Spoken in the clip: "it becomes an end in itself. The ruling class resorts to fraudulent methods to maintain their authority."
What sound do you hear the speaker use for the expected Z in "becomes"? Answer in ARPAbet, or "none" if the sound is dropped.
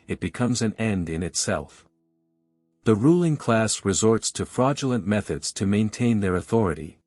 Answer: Z